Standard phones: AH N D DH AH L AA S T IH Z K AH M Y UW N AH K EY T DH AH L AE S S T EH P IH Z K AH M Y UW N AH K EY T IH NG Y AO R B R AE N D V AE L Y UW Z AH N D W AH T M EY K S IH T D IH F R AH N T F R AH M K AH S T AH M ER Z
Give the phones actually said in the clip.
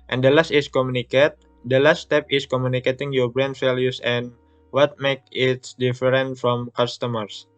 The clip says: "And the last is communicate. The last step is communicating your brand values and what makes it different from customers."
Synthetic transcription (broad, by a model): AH N D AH L AA S T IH S K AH M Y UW N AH K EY T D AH L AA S S T EH P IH S K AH M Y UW N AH K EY T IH NG Y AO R B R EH N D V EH L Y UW S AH N W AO T M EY K IH T D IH F R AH N T F R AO M K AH S T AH M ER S